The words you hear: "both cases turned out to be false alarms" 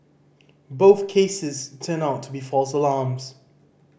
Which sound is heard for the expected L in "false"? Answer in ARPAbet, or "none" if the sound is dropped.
L